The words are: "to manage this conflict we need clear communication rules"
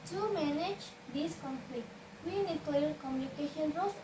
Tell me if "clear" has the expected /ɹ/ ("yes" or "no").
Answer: no